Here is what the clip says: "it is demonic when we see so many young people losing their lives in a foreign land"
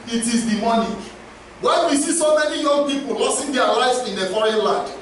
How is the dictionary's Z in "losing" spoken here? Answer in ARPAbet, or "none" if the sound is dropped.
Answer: S